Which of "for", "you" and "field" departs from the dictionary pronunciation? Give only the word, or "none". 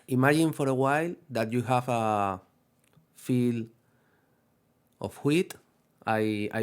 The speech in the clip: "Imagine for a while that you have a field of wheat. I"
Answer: field